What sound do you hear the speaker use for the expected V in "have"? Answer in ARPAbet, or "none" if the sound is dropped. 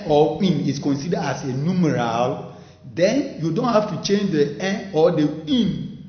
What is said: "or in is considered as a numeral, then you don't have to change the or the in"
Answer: F